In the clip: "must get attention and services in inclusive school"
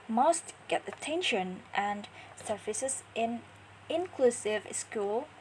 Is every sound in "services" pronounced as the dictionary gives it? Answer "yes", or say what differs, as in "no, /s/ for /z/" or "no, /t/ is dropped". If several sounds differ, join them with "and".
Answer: no, /f/ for /v/